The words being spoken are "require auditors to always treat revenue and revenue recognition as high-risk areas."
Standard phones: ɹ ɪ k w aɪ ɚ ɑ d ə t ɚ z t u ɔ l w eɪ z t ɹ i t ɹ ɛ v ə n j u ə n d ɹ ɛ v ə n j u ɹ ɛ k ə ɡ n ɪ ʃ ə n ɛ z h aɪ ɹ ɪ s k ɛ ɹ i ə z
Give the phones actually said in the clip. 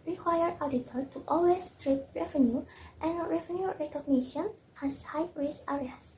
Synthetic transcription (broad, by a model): ɹ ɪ k w aɪ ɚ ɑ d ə t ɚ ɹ t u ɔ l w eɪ s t ɹ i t ɹ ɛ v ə n j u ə n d ɹ ɛ v ə n j u ɹ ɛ k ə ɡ n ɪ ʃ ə n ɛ s h aɪ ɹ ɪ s ɛ ɹ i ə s